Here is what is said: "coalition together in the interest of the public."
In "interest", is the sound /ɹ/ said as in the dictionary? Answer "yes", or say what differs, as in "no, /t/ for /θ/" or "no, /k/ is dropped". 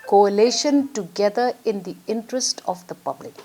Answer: yes